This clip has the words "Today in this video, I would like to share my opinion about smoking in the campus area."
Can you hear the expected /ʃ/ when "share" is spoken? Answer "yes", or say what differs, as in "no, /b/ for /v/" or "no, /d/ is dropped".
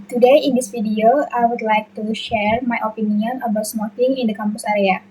yes